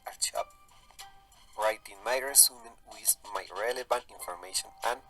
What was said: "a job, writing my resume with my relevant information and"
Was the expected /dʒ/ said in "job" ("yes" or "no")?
no